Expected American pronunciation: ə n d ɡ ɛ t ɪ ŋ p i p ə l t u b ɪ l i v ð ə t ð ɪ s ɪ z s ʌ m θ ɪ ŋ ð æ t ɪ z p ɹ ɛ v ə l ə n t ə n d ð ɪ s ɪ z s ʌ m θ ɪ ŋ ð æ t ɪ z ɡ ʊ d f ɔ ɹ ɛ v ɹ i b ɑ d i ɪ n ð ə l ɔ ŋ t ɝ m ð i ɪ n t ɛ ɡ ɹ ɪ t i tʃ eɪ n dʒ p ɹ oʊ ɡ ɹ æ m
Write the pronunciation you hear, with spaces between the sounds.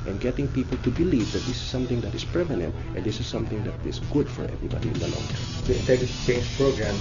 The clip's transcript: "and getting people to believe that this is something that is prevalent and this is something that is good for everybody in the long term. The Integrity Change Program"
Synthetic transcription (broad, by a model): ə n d ɡ ɛ t ɪ ŋ p i p ə l t u b ɪ l i v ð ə t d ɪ s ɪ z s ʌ m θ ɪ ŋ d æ t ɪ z p ɛ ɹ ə n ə n t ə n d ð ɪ s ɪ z s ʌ m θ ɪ ŋ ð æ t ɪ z ɡ ʊ d f ɔ ɹ ɛ v ɹ i b ɑ d i ɪ n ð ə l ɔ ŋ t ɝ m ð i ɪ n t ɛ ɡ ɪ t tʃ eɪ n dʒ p ɹ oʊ ɡ ɹ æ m